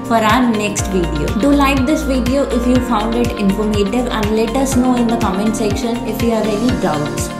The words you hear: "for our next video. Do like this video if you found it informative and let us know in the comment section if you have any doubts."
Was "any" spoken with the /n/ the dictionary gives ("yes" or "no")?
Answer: no